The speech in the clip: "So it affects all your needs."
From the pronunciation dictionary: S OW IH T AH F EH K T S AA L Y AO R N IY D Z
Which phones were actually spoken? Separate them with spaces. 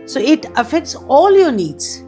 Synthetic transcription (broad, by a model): S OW IH T AH F EH K T S AA L Y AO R N IY D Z